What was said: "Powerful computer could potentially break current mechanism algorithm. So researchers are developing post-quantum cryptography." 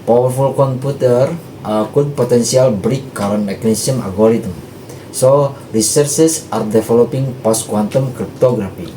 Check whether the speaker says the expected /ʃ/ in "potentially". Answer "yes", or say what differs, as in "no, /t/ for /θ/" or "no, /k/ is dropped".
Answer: no, /s/ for /ʃ/